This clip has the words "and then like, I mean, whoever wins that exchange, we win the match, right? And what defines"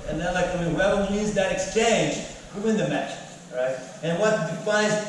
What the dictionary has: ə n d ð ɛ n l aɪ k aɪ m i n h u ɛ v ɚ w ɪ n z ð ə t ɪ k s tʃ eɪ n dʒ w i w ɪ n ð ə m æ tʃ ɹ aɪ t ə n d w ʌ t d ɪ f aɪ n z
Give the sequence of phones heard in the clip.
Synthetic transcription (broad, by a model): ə n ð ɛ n l aɪ k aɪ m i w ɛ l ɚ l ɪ z ð ə t ɪ k s tʃ eɪ n dʒ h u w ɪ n ð ə m æ tʃ ɹ aɪ t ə n w ʌ t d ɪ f aɪ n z